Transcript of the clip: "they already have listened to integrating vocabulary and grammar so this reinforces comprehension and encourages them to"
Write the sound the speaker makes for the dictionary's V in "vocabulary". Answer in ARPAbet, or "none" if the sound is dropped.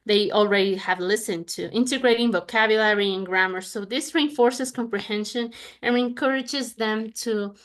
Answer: V